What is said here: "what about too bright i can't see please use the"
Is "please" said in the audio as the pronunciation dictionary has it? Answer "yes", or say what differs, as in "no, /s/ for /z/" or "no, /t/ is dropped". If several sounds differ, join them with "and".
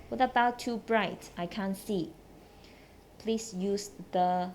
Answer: no, /s/ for /z/